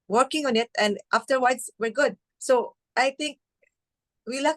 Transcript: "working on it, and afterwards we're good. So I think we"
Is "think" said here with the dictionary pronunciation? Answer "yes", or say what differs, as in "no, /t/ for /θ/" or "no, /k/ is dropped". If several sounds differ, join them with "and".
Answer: no, /t/ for /θ/